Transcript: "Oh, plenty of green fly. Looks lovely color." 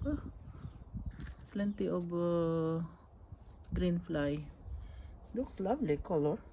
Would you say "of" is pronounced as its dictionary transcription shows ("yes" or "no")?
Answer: no